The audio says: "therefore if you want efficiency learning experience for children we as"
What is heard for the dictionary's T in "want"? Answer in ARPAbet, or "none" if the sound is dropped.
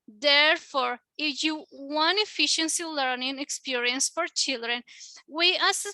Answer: none